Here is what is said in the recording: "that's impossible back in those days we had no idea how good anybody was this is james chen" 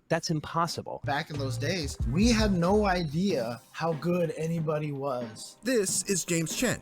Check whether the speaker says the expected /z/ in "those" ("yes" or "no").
yes